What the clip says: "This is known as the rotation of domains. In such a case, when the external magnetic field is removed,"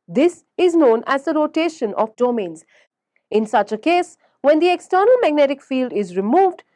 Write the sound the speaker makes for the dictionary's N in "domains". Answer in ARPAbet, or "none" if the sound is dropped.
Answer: N